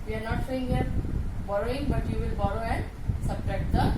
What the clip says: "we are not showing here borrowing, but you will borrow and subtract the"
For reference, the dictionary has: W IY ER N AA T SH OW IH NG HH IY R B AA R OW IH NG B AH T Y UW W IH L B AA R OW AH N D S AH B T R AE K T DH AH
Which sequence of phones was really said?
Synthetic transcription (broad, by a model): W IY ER N AA T S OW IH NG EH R B AA R OW IH NG B AH T Y UW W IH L B AA R OW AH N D S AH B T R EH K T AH